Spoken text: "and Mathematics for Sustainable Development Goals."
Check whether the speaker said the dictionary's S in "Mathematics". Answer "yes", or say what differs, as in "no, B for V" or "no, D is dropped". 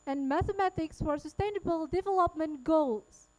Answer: yes